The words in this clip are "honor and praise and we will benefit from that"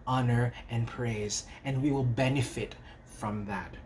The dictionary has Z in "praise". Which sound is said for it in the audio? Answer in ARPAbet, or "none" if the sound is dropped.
Z